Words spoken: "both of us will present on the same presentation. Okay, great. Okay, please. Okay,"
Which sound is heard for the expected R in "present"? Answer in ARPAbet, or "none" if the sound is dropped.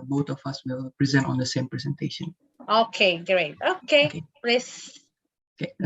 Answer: R